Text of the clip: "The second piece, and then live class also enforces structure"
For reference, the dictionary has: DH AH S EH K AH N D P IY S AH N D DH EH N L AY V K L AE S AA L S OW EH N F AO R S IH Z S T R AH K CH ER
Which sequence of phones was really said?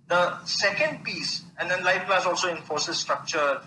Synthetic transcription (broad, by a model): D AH S EH K AH N D P IY S AH N D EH N L AY F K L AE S AA L S OW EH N F AO R S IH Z S T R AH K CH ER